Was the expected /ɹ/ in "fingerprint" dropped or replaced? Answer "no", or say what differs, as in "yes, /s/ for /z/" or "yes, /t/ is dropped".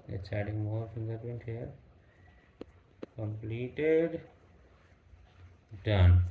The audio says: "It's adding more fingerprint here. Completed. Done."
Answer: yes, /ɹ/ is dropped